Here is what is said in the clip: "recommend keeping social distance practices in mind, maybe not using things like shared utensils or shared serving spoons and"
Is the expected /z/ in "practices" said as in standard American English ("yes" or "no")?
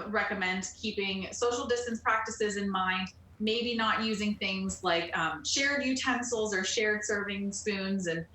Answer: yes